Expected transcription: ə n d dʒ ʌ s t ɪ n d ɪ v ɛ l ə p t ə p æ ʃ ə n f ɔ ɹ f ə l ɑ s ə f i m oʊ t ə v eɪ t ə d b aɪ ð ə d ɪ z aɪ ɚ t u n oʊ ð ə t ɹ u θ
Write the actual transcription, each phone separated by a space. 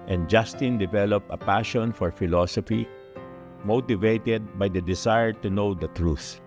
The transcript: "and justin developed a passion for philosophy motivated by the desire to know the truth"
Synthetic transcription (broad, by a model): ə n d dʒ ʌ s t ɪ n d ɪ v ɛ l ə p ə p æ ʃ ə n f ɔ ɹ f ə l ɑ s ə f i m oʊ t ə v eɪ t ə d b aɪ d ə d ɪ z aɪ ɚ t u n oʊ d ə t ɹ u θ